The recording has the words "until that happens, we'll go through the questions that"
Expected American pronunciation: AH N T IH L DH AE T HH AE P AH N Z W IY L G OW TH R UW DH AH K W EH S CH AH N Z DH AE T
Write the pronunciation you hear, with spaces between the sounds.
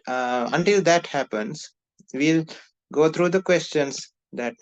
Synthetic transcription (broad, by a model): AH N T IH L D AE T HH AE P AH N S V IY L G OW T R UW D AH K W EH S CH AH N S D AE T